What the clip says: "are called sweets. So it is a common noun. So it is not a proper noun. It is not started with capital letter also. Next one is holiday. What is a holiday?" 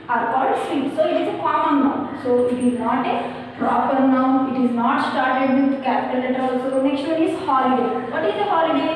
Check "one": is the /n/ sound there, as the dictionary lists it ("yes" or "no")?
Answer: no